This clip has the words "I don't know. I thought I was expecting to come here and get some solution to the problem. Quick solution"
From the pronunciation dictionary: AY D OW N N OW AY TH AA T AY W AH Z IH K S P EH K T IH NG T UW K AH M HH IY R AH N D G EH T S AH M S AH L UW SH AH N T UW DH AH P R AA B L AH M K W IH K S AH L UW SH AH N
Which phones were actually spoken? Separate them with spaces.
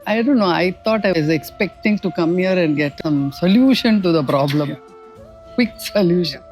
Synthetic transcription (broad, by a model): AY D OW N N OW AY T AA T AY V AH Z IH K S P EH K T IH NG T UW K AH M HH IY R AH N D G EH T S AH M S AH L UW SH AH N T UW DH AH P R AA B L AH M K W IH K S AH L UW SH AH N